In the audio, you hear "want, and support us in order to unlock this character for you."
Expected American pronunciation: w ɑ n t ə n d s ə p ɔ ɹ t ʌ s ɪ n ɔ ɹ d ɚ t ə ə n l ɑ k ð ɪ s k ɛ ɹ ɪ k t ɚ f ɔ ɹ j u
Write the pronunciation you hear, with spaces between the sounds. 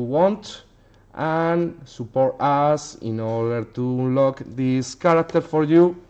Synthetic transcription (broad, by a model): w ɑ n t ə n s ə p ɔ ɹ t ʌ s ɪ n ɔ ɹ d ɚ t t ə l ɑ k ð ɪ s k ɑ ɹ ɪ k t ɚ f ɔ ɹ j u